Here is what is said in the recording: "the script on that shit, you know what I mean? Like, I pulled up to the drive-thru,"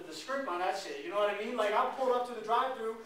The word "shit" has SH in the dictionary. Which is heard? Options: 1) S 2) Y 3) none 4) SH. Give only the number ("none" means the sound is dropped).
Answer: 1